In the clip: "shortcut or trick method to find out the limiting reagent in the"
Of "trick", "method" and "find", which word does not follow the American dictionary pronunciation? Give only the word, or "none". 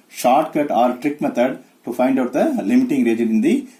method